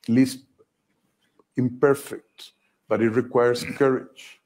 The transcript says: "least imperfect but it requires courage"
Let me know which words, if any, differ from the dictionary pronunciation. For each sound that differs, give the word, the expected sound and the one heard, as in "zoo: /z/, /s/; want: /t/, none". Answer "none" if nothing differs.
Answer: requires: /z/, /s/